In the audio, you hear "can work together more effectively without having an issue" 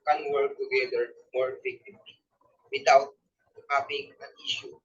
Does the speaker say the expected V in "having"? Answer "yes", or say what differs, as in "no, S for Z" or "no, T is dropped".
no, P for V